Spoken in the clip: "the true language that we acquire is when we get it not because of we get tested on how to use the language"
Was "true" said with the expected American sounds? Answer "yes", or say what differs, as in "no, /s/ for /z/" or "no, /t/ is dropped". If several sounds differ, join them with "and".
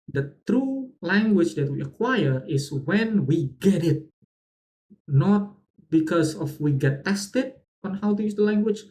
yes